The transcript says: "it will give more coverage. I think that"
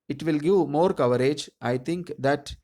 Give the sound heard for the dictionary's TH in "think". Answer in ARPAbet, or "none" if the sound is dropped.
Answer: T